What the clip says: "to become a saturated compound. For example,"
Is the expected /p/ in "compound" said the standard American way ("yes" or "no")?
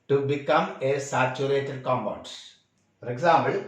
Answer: no